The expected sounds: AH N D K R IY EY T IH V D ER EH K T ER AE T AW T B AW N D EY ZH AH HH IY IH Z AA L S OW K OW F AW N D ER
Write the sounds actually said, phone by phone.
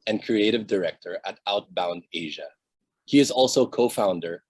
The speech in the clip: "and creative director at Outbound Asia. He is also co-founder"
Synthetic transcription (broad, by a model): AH N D K R IY EY T IH V D ER EH K T ER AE T AW T B AW N D EY ZH AH HH IY IH Z AA L S OW K OW F AW N D ER